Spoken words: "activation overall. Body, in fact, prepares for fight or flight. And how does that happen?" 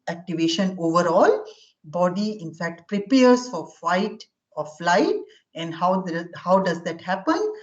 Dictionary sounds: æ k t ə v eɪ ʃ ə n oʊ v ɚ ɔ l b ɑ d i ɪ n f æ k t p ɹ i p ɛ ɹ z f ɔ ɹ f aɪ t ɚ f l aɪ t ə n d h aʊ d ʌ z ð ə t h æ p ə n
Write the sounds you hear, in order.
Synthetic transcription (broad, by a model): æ k t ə v eɪ ʃ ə n oʊ v ɚ ɔ l b ɑ d i ɪ n f æ k t p ɹ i p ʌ ɹ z f ɔ ɹ f aɪ t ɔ f l aɪ t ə n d h aʊ d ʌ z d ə t h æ p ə n